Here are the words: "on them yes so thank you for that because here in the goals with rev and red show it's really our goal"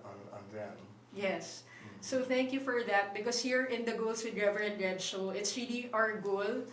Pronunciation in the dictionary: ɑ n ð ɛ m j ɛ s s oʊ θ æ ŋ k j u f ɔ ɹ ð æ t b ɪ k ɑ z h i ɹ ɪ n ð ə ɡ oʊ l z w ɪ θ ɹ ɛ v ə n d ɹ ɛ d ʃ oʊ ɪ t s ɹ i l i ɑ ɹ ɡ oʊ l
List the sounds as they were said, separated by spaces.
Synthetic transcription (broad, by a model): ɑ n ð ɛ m j ɛ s s oʊ θ æ ŋ k j u f ɔ ɹ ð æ t b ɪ k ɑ s h i ɹ ɪ n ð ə ɡ oʊ l s w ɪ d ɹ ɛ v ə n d ɹ ɛ d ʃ oʊ ɪ t s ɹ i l i ɑ ɹ ɡ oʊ l